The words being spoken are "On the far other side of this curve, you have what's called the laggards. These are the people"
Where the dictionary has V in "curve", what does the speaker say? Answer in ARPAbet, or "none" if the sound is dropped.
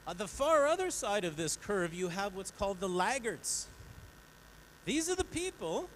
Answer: V